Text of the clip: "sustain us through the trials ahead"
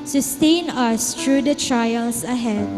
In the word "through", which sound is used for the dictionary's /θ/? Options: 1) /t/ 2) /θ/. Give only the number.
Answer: 1